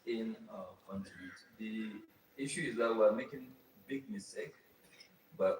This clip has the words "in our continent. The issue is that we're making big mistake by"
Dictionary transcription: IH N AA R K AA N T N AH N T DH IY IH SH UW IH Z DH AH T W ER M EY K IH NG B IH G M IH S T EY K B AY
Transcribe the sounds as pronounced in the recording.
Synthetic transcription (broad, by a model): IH N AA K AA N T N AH T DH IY IH SH UW IH Z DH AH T W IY M EY K IH NG B IH G M IH S T EY K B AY